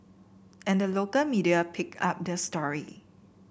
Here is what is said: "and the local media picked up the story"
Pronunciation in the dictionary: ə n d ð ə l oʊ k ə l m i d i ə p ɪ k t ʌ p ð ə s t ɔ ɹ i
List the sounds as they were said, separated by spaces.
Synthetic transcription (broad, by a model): ə n d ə l oʊ k ə l m i d i ə p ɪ k ɑ p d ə s t ɔ ɹ i